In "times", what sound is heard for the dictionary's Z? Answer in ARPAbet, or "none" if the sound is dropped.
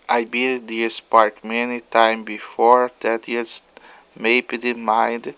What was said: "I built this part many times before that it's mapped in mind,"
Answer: none